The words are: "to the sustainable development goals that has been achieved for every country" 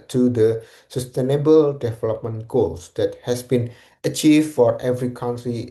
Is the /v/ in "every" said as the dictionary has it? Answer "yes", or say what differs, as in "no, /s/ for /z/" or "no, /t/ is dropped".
yes